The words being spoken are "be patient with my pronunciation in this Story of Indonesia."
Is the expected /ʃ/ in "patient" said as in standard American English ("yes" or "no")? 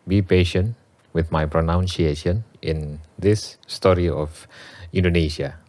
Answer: yes